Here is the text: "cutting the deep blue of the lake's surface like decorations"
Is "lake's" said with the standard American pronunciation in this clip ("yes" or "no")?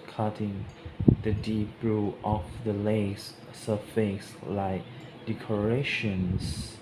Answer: no